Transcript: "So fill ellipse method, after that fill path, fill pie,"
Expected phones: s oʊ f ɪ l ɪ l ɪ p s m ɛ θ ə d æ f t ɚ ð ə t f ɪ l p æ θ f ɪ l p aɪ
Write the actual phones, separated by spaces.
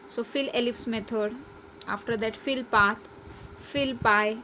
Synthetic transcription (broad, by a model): s oʊ f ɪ l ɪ l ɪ p s m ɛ t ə d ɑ f t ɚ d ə t f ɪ l p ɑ t f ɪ l p aɪ